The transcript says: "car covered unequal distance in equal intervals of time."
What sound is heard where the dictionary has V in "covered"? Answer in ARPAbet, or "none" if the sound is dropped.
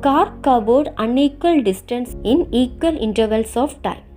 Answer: B